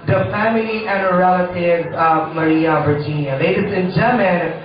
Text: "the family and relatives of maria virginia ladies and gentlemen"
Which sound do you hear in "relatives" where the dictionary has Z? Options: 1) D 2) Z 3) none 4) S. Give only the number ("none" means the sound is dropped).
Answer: 3